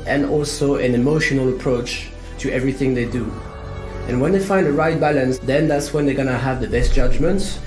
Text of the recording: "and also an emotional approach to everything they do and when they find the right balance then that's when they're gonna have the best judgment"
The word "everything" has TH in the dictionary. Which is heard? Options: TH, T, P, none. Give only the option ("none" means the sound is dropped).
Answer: TH